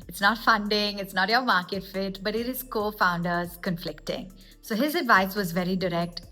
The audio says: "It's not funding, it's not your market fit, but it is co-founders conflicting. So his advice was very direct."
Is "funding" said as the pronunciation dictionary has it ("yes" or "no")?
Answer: yes